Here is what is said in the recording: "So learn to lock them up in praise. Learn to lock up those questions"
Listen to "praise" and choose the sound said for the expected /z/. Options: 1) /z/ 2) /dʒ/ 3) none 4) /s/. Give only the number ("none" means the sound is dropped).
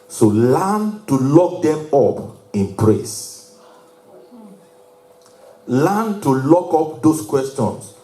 4